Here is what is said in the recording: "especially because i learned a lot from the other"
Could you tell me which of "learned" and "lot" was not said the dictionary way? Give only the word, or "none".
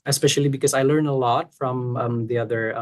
learned